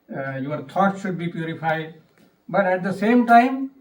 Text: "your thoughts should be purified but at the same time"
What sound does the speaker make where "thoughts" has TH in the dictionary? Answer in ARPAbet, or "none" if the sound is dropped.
T